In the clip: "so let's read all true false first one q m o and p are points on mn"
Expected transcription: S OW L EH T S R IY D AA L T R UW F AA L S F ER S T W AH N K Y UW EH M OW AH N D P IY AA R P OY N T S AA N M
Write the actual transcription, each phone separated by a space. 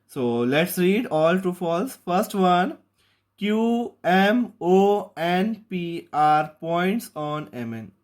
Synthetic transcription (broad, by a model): S OW L EH T S R IY D AA L T UW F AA L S F ER S T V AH N K Y UW EH M OW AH N P IY AA R P OY N T S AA N M